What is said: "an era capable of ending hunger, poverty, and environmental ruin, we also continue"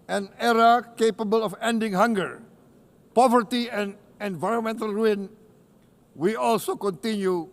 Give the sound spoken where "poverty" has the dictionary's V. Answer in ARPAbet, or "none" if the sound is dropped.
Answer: V